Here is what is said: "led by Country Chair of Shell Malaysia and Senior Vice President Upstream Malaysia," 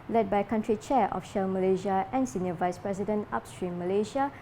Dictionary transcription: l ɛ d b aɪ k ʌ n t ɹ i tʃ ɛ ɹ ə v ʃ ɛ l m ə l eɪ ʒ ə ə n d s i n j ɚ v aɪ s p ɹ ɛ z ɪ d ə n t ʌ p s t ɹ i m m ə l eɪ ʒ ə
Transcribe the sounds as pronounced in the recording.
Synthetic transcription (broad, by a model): l ɛ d b aɪ k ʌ n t ɹ i tʃ ɛ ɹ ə f ʃ ɛ l m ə l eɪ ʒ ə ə n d s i n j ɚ v aɪ s p ɹ ɛ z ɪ d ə n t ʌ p s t ɹ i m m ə l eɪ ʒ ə